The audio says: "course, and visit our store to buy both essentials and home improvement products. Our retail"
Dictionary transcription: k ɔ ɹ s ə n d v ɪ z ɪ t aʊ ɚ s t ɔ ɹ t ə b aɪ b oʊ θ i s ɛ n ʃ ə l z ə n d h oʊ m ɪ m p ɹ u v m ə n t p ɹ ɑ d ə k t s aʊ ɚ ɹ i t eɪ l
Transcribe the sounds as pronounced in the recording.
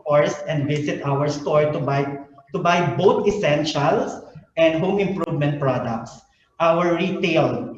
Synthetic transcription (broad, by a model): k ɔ ɹ s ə n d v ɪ s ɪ t aʊ ɚ s t ɔ ɹ t ə b aɪ b oʊ t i s ɛ n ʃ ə l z ə n d h oʊ m ɪ m p ɹ u v m ə n t p ɹ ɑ d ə k t s aʊ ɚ ɹ i t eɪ l